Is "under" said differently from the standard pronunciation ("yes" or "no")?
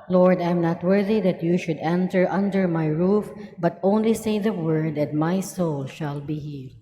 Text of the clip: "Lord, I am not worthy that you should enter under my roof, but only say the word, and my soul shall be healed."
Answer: no